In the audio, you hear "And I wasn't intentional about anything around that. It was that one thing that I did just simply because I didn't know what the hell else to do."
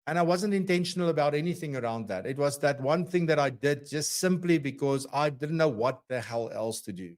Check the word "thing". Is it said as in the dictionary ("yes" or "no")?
yes